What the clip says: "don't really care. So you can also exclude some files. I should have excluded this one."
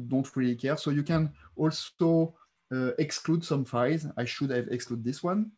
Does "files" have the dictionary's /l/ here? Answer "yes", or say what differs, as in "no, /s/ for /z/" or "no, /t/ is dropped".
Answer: no, /l/ is dropped